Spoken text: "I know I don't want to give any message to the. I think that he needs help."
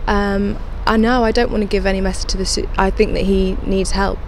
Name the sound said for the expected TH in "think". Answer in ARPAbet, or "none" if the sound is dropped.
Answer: TH